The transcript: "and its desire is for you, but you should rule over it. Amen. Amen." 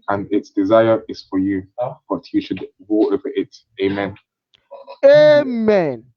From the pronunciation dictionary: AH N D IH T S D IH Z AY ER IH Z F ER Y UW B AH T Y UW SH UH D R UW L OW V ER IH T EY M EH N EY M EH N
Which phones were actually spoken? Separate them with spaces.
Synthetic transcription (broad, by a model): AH N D IH T S D IH Z AY ER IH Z F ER Y UW B AH T Y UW SH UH D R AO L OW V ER IH T EY M EH N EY M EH N